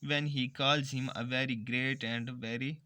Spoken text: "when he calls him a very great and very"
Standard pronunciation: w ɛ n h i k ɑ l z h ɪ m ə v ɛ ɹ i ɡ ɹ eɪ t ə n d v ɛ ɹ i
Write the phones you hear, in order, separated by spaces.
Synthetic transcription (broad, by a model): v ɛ n h i k ɑ l z h ɪ m ə v ɛ ɹ i ɡ ɹ eɪ t ə n d v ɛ ɹ i